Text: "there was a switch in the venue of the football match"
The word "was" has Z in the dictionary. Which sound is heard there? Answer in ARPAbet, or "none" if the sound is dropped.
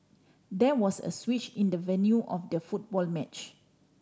S